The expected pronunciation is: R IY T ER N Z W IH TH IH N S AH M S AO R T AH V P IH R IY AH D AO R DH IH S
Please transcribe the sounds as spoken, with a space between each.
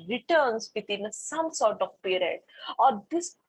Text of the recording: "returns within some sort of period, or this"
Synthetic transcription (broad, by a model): R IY T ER N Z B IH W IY N S AH M S AO R T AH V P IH R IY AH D AO R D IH S